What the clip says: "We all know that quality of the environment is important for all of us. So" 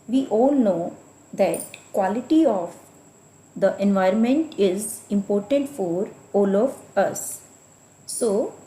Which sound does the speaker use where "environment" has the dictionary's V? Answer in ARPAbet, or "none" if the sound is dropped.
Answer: V